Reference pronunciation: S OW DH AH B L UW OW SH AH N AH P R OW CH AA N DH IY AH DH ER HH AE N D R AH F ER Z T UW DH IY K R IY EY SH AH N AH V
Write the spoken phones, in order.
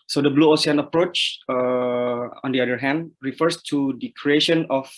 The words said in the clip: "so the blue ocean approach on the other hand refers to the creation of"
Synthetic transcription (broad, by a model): S OW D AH B L UW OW S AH N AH P R OW CH AA N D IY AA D ER HH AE N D R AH F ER S T UW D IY K R IY EY SH AH N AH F